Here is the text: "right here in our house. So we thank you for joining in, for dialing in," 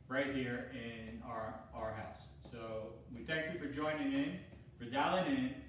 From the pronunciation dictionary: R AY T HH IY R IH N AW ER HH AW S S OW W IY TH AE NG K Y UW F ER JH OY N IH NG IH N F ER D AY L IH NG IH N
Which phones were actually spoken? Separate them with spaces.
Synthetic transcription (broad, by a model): R AY T HH IY R IH N AW ER HH AW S S OW W IY TH AE NG K Y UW F ER JH OY N IH NG IH N F ER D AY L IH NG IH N